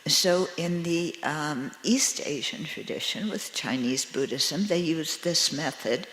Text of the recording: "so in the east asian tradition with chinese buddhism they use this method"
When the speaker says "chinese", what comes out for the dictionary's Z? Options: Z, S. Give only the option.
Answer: Z